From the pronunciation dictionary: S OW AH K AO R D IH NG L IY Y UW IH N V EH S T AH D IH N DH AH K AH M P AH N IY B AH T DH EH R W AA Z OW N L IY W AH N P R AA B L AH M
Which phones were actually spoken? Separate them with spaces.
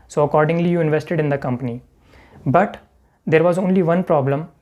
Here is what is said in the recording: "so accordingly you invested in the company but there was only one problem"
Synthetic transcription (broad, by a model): S OW AH K AO R D IH NG L IY Y UW IH N V EH S T AH D IH N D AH K AH M P AH N IY B AH T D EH R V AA Z OW N L IY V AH N P R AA B L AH M